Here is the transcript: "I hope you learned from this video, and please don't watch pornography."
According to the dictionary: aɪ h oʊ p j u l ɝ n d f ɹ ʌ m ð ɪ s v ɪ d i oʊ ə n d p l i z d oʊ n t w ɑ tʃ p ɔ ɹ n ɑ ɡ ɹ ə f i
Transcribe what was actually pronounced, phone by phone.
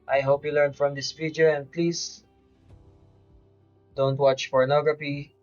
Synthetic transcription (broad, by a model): aɪ h oʊ p j u l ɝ n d f ɹ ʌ m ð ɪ s f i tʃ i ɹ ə n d p l i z d oʊ n t w ɑ tʃ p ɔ ɹ n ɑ ɡ ɹ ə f i